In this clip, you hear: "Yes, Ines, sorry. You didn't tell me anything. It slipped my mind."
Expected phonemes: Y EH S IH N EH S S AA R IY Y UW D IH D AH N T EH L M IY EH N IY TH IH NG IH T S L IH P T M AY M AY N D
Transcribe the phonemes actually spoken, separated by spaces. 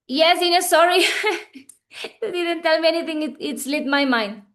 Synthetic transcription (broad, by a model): Y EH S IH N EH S S AA R IY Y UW D IH D AH N T EH L M IY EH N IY T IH NG IH T S L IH T M AY M AY N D